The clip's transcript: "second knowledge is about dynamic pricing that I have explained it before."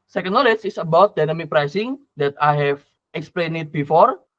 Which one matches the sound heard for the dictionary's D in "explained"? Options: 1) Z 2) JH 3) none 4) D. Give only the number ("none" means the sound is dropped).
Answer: 3